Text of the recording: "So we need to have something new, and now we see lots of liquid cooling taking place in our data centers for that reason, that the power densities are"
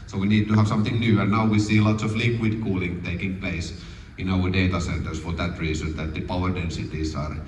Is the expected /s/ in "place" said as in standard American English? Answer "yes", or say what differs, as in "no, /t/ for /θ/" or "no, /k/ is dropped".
yes